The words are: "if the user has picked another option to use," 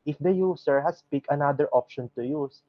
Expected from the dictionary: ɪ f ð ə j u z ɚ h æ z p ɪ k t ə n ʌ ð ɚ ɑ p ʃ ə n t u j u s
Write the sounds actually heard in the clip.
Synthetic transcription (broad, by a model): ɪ f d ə j u s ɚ h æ s p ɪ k ə n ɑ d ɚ ɑ p ʃ ə n t u j u s